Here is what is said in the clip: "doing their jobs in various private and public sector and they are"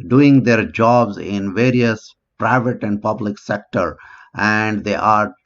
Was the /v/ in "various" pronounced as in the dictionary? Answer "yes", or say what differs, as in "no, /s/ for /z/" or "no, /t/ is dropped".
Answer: yes